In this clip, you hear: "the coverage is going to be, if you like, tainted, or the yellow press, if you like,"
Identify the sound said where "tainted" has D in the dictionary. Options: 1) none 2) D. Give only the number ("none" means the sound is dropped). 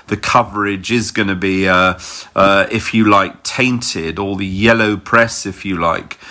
2